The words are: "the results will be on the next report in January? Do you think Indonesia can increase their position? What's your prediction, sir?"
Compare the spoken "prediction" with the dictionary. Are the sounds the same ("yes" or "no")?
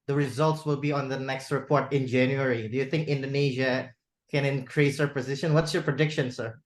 yes